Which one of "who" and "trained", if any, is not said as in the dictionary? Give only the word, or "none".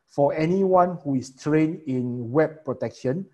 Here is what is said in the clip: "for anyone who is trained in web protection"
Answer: trained